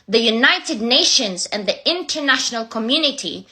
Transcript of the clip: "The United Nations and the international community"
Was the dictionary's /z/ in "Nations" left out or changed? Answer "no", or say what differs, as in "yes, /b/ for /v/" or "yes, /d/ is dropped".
no